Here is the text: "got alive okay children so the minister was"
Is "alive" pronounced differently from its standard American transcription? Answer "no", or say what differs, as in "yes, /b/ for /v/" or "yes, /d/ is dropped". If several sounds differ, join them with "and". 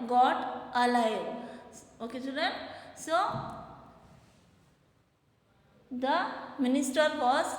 yes, /v/ is dropped